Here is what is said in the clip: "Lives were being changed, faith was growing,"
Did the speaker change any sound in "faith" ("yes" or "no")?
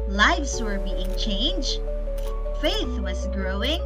no